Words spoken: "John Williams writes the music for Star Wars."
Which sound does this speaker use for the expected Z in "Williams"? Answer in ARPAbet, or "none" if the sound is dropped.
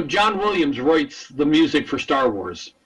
Z